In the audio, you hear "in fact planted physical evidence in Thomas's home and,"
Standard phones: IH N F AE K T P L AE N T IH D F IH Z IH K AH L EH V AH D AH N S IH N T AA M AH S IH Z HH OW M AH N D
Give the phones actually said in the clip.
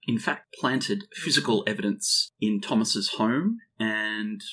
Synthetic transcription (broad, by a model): IH N F AE K T P L AE N T IH D F IH Z IH K AH L EH V AH D AH N S IH N T AA M AH S IH Z HH OW M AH N